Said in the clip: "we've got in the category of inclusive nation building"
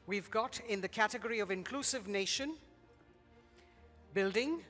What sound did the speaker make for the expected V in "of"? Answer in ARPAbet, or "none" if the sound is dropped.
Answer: V